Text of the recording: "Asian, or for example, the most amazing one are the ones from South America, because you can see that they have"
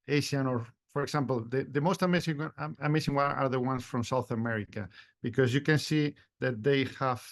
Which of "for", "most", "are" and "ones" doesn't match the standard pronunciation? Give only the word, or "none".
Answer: ones